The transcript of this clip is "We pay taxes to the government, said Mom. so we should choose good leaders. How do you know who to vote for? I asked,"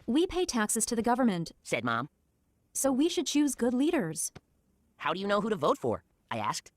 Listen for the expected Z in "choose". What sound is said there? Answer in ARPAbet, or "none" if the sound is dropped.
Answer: Z